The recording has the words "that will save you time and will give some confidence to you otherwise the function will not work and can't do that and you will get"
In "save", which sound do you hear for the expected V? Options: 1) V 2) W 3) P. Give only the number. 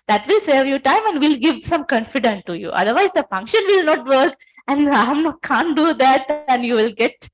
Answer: 1